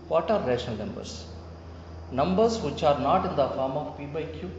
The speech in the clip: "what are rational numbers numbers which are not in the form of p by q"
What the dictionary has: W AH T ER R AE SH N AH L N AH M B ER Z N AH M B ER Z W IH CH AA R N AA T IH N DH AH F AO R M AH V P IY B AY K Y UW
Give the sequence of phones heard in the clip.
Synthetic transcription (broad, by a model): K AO T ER R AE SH AH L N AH M B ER S N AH M B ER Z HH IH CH AA R N AA T IH N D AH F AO R M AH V P IY B AY K Y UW